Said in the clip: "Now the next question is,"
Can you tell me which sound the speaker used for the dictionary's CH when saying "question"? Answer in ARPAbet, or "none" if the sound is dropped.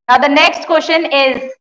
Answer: SH